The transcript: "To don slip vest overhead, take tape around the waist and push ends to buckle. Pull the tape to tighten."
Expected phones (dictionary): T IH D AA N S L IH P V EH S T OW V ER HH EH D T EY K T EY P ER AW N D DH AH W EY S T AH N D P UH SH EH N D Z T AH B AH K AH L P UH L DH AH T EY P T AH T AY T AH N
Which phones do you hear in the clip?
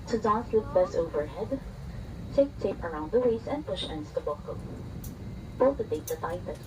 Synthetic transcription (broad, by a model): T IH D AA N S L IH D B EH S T OW V ER HH EH D T EY K T EY P ER AW N D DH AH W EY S AH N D P UH SH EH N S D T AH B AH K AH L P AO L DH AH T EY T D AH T AY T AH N